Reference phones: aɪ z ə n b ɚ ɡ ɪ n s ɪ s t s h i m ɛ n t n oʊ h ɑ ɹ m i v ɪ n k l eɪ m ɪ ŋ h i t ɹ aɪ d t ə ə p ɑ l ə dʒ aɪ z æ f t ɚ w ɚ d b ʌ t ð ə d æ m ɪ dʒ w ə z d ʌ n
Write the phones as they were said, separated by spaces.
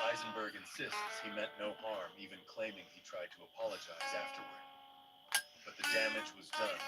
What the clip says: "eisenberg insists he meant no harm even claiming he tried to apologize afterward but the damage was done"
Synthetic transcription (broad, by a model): aɪ z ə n b ɚ ɡ ɪ n s ɪ s t s h i m ɛ t n oʊ h ɑ ɹ m i v ɪ n k l eɪ m ɪ ŋ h i t ɹ aɪ d t ə ə p ɑ l ə dʒ aɪ z æ f t ɚ w ɚ d b ʌ t ð ə d æ m ɪ dʒ w ə z d ʌ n